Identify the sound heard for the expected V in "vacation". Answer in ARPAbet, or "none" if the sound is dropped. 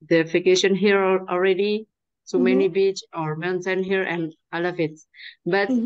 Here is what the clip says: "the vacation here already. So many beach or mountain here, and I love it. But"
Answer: F